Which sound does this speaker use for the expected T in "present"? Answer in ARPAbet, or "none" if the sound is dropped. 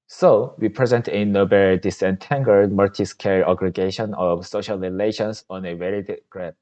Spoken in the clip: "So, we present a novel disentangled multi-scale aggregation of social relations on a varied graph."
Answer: T